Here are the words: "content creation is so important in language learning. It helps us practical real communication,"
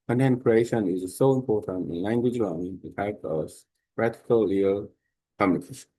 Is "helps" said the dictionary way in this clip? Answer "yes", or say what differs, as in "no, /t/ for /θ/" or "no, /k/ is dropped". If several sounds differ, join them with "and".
no, /l/ is dropped and /s/ is dropped